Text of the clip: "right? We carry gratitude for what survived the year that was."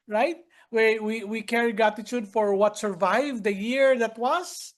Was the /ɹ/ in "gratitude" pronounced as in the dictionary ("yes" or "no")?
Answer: no